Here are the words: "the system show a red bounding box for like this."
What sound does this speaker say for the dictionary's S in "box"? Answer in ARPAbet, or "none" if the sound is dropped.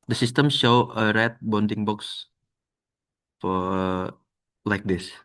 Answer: S